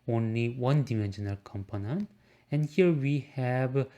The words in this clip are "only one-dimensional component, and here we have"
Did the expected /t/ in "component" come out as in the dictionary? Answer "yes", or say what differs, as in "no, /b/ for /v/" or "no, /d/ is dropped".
no, /t/ is dropped